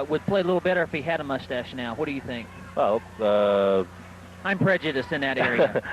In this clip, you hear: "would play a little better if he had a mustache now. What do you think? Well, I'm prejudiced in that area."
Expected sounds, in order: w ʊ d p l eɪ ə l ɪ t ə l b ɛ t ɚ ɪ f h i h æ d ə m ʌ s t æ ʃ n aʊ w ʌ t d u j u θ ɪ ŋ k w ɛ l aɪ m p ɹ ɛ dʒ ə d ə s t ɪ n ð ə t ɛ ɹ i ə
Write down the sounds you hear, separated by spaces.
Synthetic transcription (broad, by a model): w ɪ d p l eɪ ə l ɪ t l b ɛ t ɚ ɪ f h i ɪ d ə m ʌ s t æ ʃ n aʊ w ʌ t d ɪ j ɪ θ ɪ ŋ k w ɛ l aɪ m p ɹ ɛ dʒ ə d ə s ɪ n ð ə t ɛ ɹ i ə